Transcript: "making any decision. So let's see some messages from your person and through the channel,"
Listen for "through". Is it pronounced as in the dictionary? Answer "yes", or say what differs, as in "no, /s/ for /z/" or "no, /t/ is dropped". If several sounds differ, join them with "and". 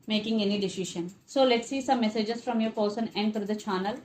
no, /f/ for /θ/